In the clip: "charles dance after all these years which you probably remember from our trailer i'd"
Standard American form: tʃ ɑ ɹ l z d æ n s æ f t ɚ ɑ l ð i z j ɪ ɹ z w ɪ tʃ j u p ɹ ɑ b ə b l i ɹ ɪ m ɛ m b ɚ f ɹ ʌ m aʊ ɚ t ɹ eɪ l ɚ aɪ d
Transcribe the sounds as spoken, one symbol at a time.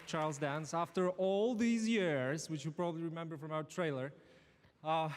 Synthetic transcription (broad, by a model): tʃ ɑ ɹ l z d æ n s æ f t ɚ ɑ l ð i z j ɪ ɹ z w ɪ tʃ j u p ɹ ɑ b ə b l i ɹ ɪ m ɛ m b ɚ f ɹ ʌ m aʊ ɚ t ɹ eɪ l ɚ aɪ